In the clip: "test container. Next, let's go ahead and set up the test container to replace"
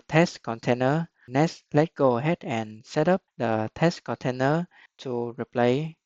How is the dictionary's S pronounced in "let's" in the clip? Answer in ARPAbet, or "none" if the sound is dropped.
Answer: none